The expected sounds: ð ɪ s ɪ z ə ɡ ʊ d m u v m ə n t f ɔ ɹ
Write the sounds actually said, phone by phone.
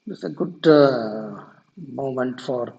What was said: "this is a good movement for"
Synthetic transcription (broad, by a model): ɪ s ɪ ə ɡ ʊ d m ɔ m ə n t f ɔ ɹ